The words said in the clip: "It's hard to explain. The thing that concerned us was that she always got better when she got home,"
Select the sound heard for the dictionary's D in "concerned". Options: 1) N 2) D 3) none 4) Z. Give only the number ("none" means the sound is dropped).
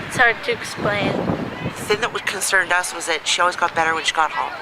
2